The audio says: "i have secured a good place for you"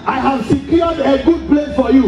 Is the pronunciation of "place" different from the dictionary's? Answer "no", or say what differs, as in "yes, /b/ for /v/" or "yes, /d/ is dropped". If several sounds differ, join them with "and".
yes, /s/ is dropped